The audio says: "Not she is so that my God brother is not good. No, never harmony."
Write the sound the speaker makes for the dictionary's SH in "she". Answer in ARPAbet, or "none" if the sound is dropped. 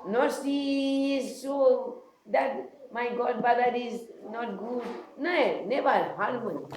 S